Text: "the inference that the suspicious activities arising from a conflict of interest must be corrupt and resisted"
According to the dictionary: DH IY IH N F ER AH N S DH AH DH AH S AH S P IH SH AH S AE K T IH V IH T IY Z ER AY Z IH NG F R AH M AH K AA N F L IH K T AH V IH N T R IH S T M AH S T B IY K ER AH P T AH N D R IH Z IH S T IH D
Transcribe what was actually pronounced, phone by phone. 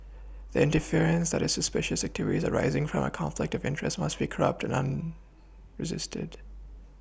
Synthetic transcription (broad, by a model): DH IY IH N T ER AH N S DH AH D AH S AH S P IH SH AH S AE K T IH V IH T IY Z ER AY Z IH NG F R AH M AH K AA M F L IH K T AH V IH N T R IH S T M AH S T B IY K ER AH P T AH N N R IH Z IH S T IH D